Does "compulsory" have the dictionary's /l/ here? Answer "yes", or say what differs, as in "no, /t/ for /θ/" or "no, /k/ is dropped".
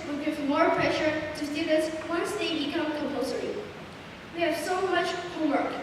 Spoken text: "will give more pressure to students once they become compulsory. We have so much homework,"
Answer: no, /l/ is dropped